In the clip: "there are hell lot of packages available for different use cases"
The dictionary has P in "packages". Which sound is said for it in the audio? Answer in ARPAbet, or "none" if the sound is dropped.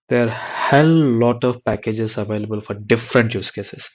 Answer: P